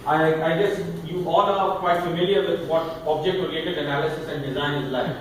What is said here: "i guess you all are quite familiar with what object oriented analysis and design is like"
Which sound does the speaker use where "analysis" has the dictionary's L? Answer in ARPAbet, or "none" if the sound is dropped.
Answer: L